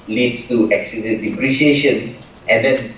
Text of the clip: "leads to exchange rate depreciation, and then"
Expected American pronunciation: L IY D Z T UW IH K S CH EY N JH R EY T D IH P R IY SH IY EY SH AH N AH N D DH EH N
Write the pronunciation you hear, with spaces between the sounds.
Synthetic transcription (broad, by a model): L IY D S T UW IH K S IY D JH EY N D IH P R IY SH IY EY SH AH N AH N D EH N